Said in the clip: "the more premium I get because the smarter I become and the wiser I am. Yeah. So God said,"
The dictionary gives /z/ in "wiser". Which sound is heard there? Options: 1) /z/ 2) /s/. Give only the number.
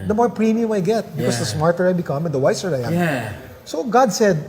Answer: 2